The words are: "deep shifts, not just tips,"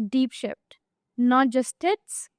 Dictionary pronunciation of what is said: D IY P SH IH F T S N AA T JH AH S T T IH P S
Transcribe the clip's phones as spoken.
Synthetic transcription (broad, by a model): D IY P SH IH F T N AA T JH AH S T T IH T S